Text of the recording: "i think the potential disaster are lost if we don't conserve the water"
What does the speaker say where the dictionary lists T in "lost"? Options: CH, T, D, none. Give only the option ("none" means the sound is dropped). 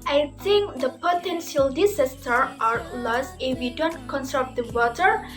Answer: none